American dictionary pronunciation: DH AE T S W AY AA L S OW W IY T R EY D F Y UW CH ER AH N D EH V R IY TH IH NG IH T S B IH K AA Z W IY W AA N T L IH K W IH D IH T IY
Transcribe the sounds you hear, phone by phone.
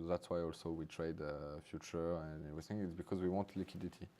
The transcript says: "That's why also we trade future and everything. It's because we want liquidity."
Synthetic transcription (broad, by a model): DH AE T S W AY AA L S OW W IY T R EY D F Y UW CH ER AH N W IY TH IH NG IH T S B IH K AA Z W IY W AA N T L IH K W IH D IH T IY